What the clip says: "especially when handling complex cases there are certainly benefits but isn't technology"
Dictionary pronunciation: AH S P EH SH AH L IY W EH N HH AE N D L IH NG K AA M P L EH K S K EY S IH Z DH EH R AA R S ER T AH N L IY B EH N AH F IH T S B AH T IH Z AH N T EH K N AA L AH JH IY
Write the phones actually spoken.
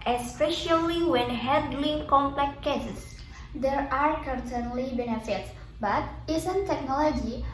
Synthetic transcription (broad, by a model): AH S P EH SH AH L IY W EH N HH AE D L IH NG K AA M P L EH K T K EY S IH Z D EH R AA R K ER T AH N L IY B EH N AH F IH T S B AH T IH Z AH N T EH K N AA L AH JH IY